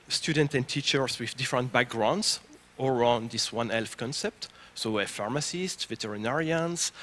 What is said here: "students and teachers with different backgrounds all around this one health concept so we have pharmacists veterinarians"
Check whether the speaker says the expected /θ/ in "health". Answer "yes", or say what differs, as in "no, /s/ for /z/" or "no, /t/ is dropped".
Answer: no, /f/ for /θ/